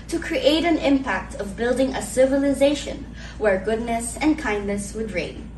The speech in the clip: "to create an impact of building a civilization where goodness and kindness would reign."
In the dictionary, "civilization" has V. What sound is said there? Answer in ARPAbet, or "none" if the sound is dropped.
V